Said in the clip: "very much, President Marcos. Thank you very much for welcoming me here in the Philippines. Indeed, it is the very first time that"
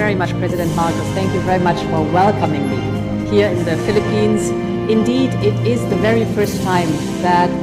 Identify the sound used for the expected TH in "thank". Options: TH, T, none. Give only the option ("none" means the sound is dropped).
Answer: TH